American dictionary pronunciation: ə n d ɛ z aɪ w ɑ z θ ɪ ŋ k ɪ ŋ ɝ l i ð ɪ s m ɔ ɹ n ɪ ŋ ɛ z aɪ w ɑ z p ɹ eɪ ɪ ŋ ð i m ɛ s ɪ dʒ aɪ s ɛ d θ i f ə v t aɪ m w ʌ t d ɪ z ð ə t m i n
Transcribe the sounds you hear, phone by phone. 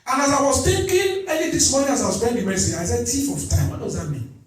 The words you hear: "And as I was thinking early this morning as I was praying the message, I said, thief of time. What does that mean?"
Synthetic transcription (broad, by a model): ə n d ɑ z aɪ w ɑ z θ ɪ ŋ k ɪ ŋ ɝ n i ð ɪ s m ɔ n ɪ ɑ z aɪ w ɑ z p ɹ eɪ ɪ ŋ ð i m ɛ s ɪ dʒ aɪ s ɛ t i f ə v t aɪ m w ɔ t d ɪ z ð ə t m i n